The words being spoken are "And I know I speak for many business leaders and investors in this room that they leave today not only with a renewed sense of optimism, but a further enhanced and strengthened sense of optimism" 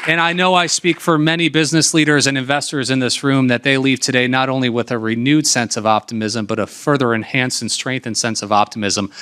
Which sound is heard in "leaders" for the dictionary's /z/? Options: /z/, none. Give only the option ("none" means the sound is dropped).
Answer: /z/